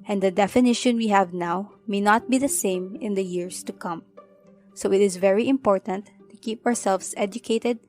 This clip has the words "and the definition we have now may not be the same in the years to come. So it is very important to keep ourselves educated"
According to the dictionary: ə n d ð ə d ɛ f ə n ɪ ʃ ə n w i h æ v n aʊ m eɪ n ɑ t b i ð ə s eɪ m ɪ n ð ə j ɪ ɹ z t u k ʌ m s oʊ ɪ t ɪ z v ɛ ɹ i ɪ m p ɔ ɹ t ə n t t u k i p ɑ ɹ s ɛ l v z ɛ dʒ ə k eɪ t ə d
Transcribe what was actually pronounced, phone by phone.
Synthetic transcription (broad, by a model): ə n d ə d ɛ f ə n ɪ ʃ ə n w i h æ v n aʊ m eɪ n ɑ t b i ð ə s eɪ m ɪ n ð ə j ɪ ɹ s t u k ʌ m s oʊ ɪ t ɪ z v ɛ ɹ i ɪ m p ɔ ɹ t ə n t t u k i p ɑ ɹ s ɛ l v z ɛ dʒ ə k eɪ t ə d